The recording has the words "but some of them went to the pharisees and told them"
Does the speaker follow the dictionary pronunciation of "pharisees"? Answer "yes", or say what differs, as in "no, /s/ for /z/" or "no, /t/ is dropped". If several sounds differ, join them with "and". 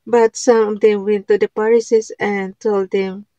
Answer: no, /p/ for /f/ and /s/ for /z/